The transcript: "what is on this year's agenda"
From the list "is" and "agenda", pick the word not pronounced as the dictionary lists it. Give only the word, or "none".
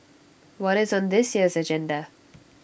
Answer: none